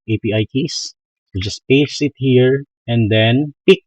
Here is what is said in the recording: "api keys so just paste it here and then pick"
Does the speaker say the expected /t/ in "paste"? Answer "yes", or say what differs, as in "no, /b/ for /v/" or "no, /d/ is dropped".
no, /t/ is dropped